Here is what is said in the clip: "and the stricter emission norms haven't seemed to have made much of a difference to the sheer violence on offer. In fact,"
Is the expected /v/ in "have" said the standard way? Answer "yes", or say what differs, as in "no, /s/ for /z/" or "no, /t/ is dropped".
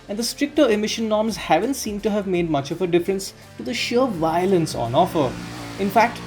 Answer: yes